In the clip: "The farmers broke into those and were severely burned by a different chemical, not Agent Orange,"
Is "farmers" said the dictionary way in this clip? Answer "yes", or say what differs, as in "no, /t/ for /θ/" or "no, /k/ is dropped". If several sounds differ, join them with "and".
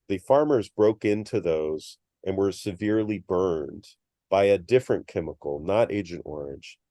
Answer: yes